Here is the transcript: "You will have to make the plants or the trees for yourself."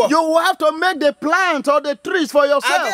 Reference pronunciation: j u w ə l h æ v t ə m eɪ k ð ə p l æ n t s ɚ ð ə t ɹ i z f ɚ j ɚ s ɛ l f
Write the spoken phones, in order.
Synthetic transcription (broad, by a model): j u w ə l h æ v t ə m eɪ k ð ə p l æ n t ɔ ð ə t ɹ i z f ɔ j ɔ s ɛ l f